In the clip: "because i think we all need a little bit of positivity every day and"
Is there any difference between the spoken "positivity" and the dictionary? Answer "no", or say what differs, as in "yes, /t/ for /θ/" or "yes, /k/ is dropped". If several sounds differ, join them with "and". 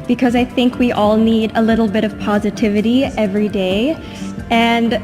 no